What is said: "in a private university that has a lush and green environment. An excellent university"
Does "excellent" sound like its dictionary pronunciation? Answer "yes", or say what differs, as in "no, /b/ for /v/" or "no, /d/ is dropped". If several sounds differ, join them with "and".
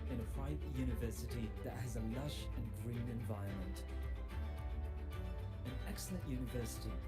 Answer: yes